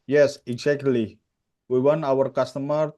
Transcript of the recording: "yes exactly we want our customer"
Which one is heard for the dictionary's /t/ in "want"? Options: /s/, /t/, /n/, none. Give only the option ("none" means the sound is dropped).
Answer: none